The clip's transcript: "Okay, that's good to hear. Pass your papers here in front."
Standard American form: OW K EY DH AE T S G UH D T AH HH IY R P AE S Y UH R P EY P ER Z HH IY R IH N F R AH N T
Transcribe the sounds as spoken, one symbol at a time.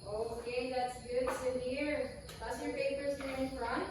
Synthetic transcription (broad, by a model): OW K EY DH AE T S G UH D S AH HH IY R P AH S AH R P EY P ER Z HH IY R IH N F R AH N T